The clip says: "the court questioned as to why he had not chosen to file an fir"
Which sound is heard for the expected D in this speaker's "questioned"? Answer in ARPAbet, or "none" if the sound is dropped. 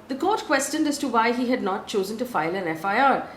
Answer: D